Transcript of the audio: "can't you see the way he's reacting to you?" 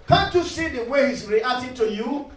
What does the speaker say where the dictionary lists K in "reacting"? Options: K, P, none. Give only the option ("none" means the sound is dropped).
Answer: none